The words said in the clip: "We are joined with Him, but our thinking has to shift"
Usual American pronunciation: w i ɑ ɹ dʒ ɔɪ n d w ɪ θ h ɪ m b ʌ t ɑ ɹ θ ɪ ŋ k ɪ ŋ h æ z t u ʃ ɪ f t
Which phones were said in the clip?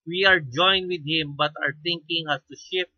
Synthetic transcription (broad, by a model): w i ɑ ɹ dʒ ɔɪ n d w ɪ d h ɪ m b ʌ t ɑ ɹ t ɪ ŋ k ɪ ŋ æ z t u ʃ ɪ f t